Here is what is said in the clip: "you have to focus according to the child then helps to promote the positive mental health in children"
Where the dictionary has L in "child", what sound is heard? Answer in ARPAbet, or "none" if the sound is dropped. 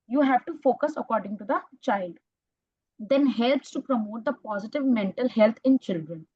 L